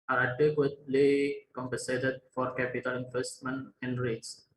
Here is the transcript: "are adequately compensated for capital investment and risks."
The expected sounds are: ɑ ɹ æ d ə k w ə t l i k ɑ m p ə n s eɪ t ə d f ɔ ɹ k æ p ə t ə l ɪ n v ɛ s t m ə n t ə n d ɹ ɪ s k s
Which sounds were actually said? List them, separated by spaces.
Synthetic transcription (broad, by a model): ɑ ɹ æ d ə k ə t l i k ɑ m p ə n s eɪ t ə d f ɔ ɹ k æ p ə t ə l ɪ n f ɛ s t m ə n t ə n d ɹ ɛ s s